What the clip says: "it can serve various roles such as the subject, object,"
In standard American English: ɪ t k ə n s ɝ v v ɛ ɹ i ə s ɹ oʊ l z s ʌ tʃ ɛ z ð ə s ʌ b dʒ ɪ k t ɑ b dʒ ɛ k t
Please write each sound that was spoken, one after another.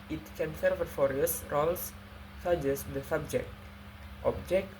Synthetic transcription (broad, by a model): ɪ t k ə n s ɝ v f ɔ ɹ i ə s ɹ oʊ l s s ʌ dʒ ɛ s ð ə s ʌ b dʒ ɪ k t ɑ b dʒ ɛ k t